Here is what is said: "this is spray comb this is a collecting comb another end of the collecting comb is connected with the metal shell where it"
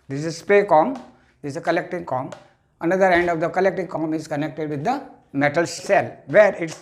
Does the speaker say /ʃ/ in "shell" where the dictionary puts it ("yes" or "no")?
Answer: no